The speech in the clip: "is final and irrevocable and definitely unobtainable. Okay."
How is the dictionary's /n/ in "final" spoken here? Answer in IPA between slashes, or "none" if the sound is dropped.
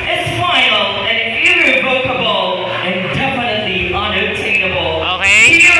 none